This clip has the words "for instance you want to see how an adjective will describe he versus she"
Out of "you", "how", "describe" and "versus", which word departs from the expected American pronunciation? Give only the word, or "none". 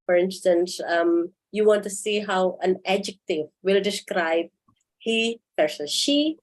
versus